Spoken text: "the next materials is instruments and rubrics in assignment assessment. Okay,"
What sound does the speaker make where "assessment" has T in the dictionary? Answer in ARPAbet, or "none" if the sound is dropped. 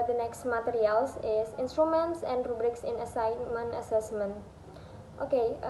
T